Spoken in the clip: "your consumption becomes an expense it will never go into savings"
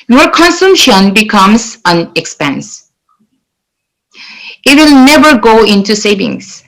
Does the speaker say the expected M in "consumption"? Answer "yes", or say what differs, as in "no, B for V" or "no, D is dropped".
yes